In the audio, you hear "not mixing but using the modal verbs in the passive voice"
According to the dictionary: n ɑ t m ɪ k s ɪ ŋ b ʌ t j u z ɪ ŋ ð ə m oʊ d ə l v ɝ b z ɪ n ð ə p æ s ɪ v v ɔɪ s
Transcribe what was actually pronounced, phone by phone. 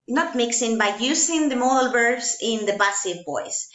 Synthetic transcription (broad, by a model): n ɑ t m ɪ k s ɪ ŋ b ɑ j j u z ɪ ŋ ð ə m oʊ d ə l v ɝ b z ɪ n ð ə b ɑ s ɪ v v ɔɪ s